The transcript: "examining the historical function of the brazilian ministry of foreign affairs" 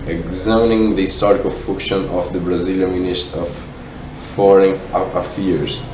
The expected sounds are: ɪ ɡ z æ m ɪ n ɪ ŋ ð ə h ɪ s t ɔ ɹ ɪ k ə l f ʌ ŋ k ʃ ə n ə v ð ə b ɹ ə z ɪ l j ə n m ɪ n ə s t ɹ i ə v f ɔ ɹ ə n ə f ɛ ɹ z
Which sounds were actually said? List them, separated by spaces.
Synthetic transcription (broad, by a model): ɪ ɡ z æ m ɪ n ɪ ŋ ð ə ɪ s t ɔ ɹ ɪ k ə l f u k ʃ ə n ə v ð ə b ɹ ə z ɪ l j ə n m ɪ n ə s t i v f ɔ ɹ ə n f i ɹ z